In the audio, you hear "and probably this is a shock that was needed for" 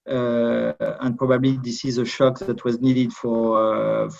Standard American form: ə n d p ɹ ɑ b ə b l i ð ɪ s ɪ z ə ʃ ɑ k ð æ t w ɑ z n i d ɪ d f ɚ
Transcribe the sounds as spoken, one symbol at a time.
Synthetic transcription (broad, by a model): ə n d p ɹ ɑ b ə b l i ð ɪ s ɪ z ə ʃ ɑ k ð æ t w ɑ z n i d ɪ d f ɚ